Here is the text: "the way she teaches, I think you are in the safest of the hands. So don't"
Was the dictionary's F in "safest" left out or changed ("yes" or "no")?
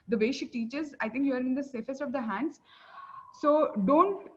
no